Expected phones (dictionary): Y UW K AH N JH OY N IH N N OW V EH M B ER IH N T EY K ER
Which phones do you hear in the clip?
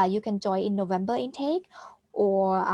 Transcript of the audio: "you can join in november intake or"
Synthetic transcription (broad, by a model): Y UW K AH N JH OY IH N N OW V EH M B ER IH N T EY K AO